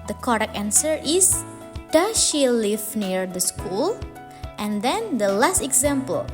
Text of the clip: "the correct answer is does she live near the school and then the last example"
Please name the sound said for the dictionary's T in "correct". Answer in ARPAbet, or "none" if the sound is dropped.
none